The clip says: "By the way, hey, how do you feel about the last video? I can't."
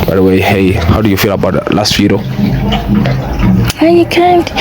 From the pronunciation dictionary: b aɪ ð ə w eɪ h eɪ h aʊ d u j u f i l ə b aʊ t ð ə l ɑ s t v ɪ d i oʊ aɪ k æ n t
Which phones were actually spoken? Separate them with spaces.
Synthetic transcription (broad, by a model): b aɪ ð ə w eɪ h eɪ h aʊ d u j u f i l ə b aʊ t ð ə l ɑ s t f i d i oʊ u k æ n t